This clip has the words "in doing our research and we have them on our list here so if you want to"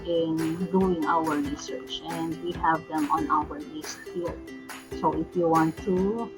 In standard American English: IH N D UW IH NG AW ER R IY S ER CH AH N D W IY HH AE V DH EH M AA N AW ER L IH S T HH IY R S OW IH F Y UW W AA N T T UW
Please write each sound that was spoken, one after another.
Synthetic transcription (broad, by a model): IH N D UW IH NG AW ER R IY S ER CH AH N D W IY HH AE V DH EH M AA N AW ER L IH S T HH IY L S OW IH F Y UW W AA N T T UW